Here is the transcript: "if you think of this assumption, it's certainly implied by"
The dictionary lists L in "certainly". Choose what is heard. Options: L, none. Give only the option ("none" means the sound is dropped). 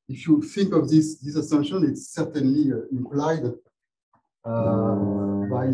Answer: L